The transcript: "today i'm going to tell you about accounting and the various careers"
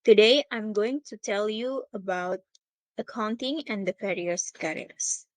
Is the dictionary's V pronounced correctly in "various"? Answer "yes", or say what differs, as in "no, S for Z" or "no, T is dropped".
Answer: no, F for V